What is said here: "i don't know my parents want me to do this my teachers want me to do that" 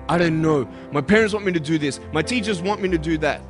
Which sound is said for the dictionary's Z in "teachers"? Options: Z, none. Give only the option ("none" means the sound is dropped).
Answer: Z